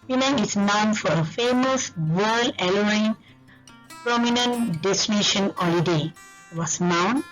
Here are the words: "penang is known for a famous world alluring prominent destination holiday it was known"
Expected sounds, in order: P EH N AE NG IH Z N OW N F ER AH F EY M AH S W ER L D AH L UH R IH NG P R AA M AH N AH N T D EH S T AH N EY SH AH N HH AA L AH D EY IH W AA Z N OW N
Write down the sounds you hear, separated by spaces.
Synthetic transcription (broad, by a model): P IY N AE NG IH S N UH N F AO AH F EY M AH S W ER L AH L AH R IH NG P R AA M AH N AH N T D EH S T AH N EY SH AH N HH AA L AH D EY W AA S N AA N